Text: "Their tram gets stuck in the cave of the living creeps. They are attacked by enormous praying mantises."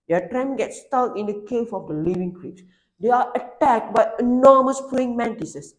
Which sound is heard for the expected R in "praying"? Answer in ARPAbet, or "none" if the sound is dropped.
none